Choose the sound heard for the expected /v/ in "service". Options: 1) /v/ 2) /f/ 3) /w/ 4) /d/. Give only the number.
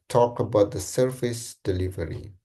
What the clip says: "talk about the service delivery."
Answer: 2